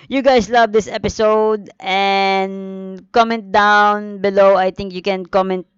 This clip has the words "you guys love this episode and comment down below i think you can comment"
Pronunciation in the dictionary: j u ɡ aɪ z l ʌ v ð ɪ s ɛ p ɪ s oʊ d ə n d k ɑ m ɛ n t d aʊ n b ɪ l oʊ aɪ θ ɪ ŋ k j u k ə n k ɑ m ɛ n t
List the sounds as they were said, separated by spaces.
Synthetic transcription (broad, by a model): j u ɡ aɪ s l ʌ v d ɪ s ɛ p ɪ s oʊ d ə n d k ɑ m ɛ n t d aʊ n b ɪ l oʊ aɪ t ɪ ŋ k j u k ə n k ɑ m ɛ n t